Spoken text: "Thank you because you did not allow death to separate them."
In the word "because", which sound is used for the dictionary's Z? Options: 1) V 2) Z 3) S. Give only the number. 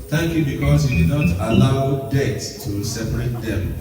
3